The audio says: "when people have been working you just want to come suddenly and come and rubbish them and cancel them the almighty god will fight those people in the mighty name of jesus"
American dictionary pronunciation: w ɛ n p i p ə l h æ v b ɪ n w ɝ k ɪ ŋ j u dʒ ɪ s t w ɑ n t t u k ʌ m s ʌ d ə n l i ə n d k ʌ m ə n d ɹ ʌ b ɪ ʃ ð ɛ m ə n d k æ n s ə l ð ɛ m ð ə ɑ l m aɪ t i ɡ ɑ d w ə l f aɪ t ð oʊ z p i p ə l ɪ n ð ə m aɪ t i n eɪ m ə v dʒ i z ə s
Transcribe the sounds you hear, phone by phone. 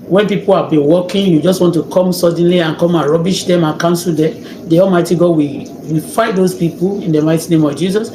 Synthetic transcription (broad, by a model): w ɛ n p i p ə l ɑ b ɪ n w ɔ k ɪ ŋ j u dʒ ɪ s t w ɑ n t t u k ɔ m s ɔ d n l i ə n k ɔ m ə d ɹ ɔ b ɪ ʃ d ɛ m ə k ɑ n s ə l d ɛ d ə ɑ l m aɪ t i ɡ ɑ d w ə w f aɪ t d oʊ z p i p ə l ɪ n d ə m aɪ t i n eɪ m ə v dʒ i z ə s